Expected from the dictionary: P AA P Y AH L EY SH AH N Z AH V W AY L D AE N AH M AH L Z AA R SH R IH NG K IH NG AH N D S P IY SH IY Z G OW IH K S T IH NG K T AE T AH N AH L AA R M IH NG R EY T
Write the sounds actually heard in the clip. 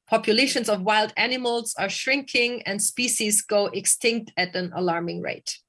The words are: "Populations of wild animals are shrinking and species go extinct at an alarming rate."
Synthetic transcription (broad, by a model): P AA P Y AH L EY SH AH N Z AH V W AY L D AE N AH M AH L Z AA R SH R IH NG K IH NG AH N D S P IY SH IY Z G OW IH K S T IH NG K T AE T AH N AH L AA R M IH NG R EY T